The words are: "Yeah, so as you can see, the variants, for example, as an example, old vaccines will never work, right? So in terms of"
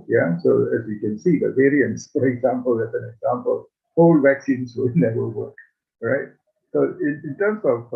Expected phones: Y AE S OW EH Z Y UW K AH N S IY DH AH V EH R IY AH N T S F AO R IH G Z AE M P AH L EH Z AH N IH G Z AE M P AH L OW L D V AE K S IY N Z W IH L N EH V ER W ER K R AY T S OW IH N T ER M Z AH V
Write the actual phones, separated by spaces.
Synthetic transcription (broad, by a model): Y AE S OW EH Z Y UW K AH N S IY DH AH V EH R IY AH N T S F AO R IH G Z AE M P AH L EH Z AH N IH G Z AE M P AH L OW L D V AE K S IY N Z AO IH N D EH ER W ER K R AY T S OW IH N T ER M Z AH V